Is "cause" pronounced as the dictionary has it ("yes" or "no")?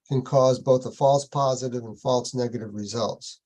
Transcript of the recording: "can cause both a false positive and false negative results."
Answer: yes